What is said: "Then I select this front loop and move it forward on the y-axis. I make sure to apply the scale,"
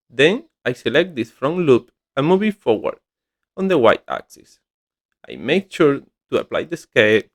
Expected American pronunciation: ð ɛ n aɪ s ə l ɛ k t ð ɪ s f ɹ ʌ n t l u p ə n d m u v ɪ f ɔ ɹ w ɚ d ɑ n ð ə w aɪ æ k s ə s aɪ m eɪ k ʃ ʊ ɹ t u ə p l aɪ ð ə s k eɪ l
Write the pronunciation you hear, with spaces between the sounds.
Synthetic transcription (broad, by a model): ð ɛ n aɪ s ə l ɛ k t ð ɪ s f ɹ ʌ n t l u p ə m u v ɪ f ɔ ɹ w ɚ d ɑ n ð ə w aɪ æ k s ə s aɪ m eɪ k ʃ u ɹ t u ə p l aɪ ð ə s k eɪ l